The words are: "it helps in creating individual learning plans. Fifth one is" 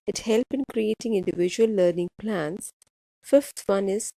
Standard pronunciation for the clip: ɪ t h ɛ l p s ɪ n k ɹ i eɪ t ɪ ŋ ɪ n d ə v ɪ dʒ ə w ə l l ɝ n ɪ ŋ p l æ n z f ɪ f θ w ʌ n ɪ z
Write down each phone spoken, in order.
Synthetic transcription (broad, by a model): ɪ t h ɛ l p ɪ n k ɹ i eɪ t ɪ ŋ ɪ n d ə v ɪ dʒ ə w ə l l ɝ n ɪ ŋ p l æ n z f ɪ f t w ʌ n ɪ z